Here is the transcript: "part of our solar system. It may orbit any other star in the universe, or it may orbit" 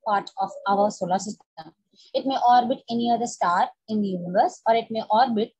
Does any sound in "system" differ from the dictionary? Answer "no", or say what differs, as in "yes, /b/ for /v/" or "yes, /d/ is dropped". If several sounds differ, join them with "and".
yes, /m/ is dropped